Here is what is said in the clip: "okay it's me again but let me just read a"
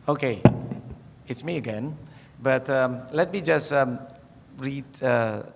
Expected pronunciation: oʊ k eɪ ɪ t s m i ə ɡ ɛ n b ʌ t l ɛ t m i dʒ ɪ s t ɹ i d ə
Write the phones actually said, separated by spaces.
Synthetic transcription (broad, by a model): oʊ k eɪ ɪ t s m i ə ɡ ɛ n b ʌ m l ɛ t m i dʒ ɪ s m ɹ i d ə